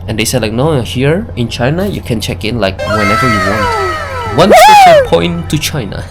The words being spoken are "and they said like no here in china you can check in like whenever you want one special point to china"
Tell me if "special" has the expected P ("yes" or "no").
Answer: no